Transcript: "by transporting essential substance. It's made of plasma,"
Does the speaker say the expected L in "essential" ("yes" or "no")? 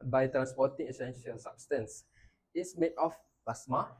yes